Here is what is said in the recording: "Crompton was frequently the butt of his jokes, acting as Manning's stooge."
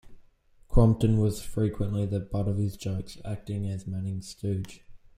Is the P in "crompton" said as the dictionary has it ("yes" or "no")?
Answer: yes